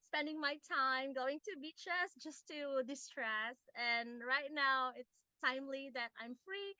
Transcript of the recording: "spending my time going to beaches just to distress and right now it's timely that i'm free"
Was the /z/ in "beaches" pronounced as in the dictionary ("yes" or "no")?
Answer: no